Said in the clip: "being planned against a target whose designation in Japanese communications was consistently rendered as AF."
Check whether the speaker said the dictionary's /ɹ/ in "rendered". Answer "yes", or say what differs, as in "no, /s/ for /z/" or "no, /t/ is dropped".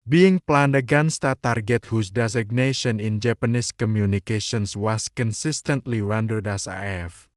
no, /w/ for /ɹ/